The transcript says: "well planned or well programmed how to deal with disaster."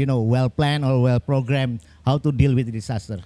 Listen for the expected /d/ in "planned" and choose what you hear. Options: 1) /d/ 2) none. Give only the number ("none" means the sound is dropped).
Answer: 2